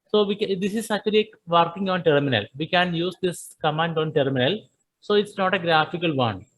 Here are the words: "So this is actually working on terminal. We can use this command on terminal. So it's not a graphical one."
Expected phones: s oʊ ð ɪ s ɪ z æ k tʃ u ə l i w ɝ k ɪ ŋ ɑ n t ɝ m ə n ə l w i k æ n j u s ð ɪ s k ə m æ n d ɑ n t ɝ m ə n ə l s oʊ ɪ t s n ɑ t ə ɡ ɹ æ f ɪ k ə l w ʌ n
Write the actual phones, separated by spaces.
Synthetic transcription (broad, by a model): s oʊ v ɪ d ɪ s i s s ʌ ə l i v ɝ k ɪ ŋ ɑ n t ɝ m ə n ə l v i k æ n j u s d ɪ s k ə m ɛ n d ɑ n t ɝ m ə n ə l s oʊ ɪ t s n ɑ t ə ɡ ɹ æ f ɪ k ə l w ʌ n